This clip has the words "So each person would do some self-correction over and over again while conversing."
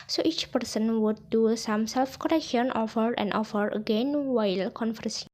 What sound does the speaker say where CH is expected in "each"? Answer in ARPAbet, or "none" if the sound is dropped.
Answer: CH